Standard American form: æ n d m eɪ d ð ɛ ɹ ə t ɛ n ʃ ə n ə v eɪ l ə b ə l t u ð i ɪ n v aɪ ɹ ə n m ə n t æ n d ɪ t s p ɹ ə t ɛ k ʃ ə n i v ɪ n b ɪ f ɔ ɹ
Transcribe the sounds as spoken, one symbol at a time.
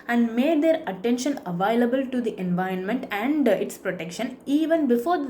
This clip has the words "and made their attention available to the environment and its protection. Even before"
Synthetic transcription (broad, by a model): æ n d m eɪ d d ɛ ɹ ə t ɛ n ʃ ə n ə v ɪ l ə b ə l t u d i ɪ n v aɪ ɹ ə n m ə n t æ n d ɪ t s p ɹ ə t ɛ k ʃ ə n i v ɪ n b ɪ f ɔ ɹ